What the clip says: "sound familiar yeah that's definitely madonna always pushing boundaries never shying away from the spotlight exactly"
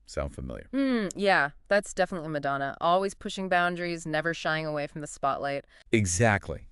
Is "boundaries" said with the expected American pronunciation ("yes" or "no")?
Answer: yes